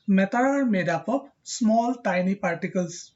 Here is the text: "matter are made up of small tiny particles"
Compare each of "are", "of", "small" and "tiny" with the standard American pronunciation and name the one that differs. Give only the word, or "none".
of